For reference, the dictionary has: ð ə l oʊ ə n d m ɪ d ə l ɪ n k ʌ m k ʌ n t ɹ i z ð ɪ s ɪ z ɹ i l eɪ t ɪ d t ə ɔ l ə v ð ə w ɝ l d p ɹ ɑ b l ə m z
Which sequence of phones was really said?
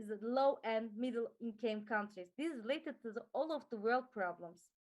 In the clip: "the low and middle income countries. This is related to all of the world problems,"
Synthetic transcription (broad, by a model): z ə l oʊ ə n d m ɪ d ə l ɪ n k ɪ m k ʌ n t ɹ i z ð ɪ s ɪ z ɹ i l eɪ t ɪ d t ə ɔ l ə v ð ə w ɝ l d p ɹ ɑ b l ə m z